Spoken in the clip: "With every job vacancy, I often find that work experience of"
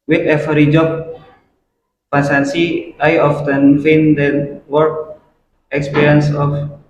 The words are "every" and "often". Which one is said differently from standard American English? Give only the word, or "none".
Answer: every